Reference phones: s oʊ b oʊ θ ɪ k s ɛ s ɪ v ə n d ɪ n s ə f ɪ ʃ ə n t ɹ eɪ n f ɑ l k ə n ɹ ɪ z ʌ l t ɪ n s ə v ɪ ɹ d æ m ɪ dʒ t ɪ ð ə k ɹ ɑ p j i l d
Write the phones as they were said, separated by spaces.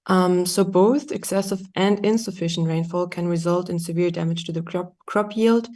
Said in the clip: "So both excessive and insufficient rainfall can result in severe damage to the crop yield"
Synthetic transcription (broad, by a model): s oʊ b oʊ θ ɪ k s ɛ s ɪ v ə n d ɪ n s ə f ɪ ʃ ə n t ɹ eɪ n f ɑ l k ə n ɹ ɪ z ʌ l t ɪ n s ə v ɪ ɹ d æ m ɪ dʒ t ɪ ð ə k ɹ ɑ p j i l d